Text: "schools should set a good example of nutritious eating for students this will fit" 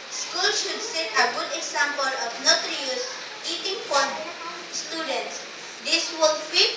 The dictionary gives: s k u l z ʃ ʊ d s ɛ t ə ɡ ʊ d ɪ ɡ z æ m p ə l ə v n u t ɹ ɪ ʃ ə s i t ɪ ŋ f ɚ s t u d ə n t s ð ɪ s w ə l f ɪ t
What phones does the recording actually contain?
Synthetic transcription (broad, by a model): s k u l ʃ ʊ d s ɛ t ə ɡ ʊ d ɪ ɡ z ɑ m p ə l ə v n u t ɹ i ə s i t ɪ ŋ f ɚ s t u d ə n t s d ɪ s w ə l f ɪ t